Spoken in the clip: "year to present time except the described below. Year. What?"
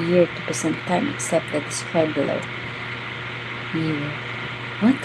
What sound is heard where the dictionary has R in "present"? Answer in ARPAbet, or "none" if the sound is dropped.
none